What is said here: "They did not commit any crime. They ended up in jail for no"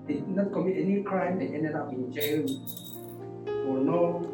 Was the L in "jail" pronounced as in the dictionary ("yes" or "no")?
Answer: no